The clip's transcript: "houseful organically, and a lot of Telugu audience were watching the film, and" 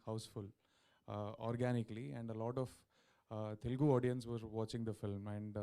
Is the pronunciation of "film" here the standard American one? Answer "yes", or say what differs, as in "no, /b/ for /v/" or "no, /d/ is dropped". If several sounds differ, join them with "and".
yes